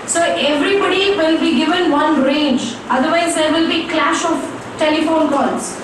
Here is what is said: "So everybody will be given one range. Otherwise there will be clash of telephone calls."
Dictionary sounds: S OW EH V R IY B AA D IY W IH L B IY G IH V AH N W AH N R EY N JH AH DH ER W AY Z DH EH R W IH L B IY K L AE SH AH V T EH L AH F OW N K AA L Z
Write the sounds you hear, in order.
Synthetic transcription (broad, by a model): S OW EH V R IY B AA D IY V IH L B IY G IH V AH N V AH N R EY N JH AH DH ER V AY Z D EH R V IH L B IY K L AE SH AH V T EH L AH F OW N K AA L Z